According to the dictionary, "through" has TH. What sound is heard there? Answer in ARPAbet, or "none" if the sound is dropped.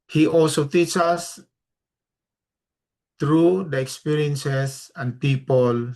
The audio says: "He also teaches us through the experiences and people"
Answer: T